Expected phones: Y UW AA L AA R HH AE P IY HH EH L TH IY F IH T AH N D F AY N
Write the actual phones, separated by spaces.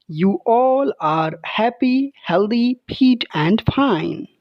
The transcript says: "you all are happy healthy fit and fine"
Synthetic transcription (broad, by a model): Y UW AA L AA R HH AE P IY HH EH L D IY P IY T AH N D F AY N